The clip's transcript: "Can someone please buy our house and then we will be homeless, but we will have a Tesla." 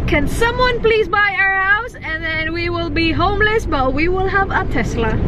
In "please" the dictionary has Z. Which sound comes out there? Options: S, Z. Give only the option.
Z